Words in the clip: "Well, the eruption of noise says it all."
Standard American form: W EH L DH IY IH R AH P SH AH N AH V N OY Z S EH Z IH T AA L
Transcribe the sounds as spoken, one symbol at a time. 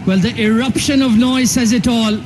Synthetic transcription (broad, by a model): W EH L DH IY IH R AH P SH AH N AH V N OY Z S EH Z IH T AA L